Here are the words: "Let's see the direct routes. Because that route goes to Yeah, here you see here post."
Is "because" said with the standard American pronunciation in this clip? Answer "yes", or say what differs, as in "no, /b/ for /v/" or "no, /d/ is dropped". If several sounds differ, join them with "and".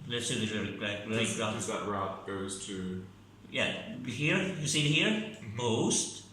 no, /k/ is dropped